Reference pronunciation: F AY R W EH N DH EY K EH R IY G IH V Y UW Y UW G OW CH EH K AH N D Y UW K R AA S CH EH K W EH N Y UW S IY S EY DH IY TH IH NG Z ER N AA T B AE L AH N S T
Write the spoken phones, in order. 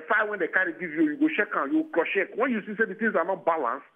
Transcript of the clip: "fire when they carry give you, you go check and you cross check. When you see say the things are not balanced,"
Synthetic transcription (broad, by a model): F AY W EH N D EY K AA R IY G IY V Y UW Y UW G OW SH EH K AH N Y UW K L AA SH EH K W EH N Y UW S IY S EY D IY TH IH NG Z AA N AA T B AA L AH N S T